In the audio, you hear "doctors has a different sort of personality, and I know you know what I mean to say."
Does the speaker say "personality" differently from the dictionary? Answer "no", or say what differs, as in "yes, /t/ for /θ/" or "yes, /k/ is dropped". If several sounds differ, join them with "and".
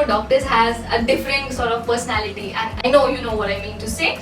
no